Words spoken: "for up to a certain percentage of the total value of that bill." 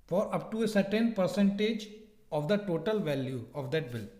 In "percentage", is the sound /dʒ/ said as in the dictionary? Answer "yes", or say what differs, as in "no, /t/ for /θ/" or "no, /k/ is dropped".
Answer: yes